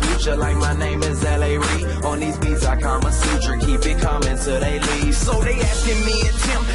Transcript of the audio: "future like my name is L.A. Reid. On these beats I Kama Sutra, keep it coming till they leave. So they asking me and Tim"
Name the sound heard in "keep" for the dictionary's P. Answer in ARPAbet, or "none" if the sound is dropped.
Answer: B